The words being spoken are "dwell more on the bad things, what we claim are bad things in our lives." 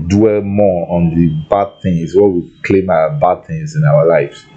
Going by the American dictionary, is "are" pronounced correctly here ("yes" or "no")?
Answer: no